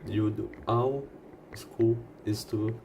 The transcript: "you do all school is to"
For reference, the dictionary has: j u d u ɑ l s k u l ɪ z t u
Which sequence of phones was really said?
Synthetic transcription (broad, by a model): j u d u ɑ w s k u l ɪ s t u